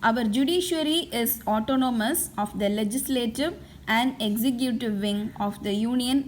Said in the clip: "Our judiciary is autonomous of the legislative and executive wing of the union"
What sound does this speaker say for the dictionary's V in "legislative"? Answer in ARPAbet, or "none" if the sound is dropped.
V